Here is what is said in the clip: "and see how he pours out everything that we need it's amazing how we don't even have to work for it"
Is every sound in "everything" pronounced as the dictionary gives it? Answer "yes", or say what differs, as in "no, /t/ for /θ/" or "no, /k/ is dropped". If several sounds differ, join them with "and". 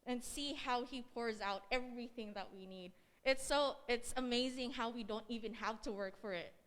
yes